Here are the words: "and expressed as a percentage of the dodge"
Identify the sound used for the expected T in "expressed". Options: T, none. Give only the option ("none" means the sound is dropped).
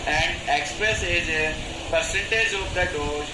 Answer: none